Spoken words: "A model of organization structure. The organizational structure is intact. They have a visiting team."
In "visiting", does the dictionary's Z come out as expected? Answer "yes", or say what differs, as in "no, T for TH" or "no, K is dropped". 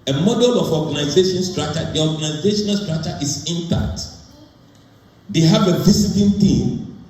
no, S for Z